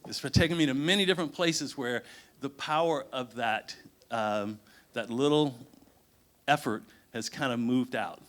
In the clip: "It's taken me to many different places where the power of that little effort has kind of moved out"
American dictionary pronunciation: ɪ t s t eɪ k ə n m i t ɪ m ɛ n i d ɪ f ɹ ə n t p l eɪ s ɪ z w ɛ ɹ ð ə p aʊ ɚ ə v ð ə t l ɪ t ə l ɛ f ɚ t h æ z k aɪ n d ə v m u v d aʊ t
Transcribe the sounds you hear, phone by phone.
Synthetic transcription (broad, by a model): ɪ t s t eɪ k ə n m i t ɪ m ɛ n i d ɪ f ɹ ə n p l eɪ s ɪ z w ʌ ɹ ð ə p aʊ ɚ ə v ð ə t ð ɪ t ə l ɛ f ɚ t h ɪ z k aɪ n d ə m u v d aʊ t